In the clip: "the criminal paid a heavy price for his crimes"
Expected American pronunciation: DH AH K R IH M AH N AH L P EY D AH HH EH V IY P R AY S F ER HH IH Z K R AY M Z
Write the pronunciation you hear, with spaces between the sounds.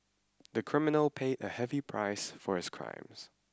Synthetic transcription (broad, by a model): DH AH K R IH M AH N L P EY D AH HH EH V IY P R AY S F ER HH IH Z K R AY M Z